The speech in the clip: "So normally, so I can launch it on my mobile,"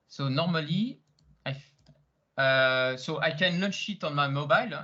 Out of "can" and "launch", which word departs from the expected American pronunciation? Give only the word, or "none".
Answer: launch